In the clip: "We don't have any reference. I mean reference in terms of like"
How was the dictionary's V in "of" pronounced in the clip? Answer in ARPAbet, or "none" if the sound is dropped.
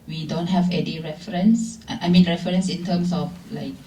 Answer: F